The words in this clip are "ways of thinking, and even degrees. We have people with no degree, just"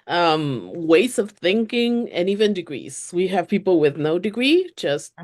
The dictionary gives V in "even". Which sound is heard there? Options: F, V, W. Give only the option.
V